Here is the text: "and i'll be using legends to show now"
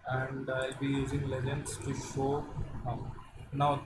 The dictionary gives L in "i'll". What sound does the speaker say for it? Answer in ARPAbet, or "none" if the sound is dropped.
L